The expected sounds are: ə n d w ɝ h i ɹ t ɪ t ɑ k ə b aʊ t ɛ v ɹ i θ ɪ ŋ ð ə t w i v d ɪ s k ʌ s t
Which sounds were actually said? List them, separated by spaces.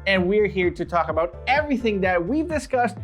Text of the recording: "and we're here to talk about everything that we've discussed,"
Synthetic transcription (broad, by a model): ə n w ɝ h i ɹ t ɪ t ɑ k ə b aʊ t ɛ v ɹ i θ ɪ ŋ ð ə t w i v d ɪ s k ʌ s t